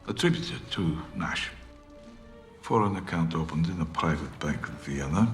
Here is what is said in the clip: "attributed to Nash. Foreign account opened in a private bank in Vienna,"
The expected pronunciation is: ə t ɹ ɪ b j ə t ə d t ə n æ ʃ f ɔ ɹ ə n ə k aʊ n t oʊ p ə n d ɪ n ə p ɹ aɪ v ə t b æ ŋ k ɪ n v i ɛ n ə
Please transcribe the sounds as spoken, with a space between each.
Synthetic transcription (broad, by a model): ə t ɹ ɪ b j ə t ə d t ə n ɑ ʃ f ɔ ɹ ə n ə k aʊ n t oʊ p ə n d ɪ n ə p ɹ aɪ v ə t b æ ŋ k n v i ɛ n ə